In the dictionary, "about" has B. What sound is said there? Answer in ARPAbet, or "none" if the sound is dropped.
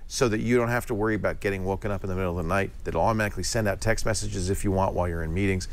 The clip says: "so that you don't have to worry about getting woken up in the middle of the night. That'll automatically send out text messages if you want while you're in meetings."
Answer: B